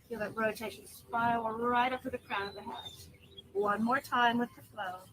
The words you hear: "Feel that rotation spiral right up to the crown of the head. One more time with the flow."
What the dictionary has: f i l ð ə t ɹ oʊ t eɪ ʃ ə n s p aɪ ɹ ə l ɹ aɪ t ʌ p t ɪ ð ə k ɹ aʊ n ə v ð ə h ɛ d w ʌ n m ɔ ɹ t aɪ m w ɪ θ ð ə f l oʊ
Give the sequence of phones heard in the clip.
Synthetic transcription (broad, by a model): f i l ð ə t ɹ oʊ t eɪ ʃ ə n s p aɪ l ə ɹ aɪ t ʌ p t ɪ ð ə k ɹ aʊ n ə ð ə h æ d w ʌ n m ɔ ɹ t aɪ m w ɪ ð ə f l oʊ